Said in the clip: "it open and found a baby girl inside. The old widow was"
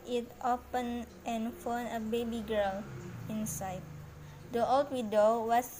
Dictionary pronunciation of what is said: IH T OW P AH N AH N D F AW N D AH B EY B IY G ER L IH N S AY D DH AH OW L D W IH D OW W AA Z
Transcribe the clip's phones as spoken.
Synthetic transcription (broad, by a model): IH T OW P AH N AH N F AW N AH B EY B IY G ER L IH N S AY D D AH OW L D W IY D OW W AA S